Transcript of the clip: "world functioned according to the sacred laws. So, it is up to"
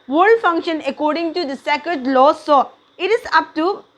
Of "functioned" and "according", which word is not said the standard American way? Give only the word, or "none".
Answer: functioned